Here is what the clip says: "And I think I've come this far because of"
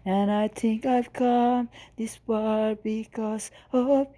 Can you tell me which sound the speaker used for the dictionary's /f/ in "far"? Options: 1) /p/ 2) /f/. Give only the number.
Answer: 1